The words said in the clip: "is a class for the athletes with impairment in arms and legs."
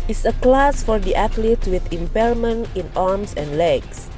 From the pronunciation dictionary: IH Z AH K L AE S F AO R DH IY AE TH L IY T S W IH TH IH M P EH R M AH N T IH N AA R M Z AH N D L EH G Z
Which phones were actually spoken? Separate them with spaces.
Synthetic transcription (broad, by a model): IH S AH K L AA S F AO R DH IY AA T L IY T W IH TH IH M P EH L M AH N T IH N AA R M S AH N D L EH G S